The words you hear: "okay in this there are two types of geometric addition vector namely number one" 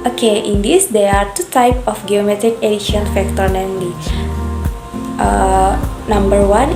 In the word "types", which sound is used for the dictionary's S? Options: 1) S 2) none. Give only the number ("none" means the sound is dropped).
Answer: 2